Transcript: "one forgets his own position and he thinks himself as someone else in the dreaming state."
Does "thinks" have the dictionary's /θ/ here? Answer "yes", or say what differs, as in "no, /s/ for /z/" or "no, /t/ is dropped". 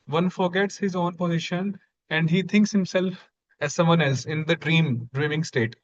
no, /t/ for /θ/